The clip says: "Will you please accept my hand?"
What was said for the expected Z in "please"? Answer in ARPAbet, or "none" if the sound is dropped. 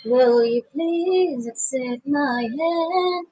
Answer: Z